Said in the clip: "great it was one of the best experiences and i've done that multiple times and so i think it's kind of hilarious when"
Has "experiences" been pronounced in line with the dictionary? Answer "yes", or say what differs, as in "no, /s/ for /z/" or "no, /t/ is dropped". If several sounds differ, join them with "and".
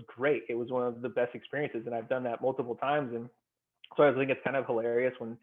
yes